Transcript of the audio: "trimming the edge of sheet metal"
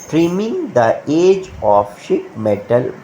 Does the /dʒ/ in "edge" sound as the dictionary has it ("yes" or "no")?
yes